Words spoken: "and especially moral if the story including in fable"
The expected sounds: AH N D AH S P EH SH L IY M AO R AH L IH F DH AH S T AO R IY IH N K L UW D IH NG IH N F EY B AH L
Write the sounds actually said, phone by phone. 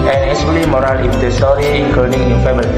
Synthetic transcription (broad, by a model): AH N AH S UW L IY M AO R AH L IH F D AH S T AO R IY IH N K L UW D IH NG IH N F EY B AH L